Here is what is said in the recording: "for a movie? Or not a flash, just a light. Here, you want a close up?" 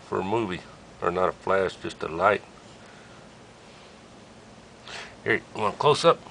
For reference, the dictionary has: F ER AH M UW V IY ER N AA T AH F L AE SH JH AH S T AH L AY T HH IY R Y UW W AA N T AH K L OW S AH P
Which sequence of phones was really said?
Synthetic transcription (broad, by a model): F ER AH M UW V IY ER N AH T AH F L AE SH JH AH S T AH L AY T HH IY R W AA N AH K L OW S AH P